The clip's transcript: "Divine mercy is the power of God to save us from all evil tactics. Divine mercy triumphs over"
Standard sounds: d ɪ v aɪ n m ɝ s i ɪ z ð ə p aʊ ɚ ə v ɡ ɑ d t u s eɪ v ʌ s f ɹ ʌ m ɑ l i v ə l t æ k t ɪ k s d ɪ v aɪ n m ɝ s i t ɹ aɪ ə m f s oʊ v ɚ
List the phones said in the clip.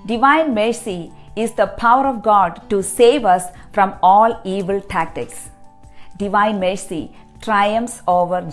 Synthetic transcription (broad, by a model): d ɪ v aɪ n m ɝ s i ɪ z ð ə p aʊ ɚ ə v ɡ ɑ d t u s eɪ v ʌ s f ɹ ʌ m ɑ l i v ə l t æ k t ɪ k s d ɪ v aɪ n m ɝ s i t ɹ aɪ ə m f s oʊ v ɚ